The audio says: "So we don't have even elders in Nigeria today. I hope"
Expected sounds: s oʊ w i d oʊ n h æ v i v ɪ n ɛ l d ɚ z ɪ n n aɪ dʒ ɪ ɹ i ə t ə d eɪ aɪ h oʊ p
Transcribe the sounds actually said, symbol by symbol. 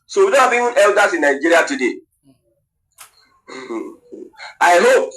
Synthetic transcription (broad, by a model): s oʊ w i d oʊ n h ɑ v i ɪ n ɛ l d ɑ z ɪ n n aɪ dʒ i ɹ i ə t ə d eɪ aɪ h oʊ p